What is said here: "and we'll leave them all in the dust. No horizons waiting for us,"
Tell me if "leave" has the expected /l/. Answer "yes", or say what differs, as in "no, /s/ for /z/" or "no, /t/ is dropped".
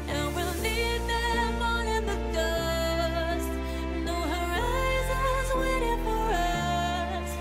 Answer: no, /n/ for /l/